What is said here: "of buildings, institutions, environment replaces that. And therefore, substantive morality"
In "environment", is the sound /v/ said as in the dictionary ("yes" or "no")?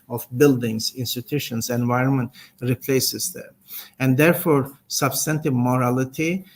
yes